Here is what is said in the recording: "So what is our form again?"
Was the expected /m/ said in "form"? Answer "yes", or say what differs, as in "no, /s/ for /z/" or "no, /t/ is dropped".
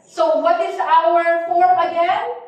no, /m/ is dropped